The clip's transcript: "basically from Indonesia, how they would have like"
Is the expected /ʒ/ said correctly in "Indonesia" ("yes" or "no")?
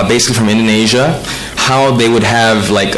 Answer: yes